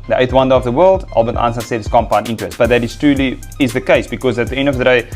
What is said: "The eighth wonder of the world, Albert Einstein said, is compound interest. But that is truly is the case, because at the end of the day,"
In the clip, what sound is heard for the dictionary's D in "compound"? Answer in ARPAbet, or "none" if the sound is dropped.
none